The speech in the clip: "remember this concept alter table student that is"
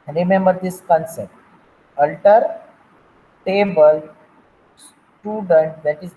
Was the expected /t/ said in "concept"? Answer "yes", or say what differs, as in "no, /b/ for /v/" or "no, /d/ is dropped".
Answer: yes